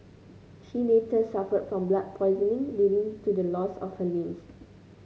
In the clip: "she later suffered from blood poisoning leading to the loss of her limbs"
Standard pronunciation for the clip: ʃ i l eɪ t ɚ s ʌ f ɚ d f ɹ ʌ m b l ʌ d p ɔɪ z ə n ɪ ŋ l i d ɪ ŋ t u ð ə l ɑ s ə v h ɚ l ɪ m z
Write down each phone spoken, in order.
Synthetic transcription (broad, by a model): ʃ i n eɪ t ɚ s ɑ f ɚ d f ɹ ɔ m b l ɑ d p ɔɪ z ə n ɪ ŋ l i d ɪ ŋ t u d ə l ɑ s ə f h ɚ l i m s